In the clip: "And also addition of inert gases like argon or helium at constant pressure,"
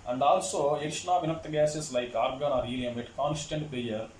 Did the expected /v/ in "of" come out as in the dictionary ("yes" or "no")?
yes